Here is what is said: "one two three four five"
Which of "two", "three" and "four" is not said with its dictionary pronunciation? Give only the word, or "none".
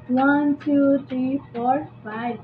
three